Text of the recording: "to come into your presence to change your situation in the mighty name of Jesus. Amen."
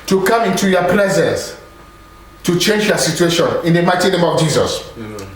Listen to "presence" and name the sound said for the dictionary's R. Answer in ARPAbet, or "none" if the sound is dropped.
L